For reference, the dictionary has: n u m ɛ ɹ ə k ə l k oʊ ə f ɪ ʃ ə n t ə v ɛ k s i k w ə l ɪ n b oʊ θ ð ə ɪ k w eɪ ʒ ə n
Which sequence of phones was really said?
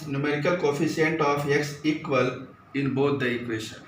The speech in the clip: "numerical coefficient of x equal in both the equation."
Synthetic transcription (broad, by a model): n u m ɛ ɹ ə k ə l k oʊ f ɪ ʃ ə n t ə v ɛ k s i k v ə l ɪ n b oʊ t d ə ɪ k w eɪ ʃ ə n